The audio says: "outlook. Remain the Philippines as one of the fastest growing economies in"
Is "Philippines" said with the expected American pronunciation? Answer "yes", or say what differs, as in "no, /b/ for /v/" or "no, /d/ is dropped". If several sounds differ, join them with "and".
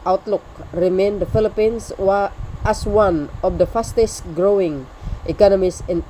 no, /s/ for /z/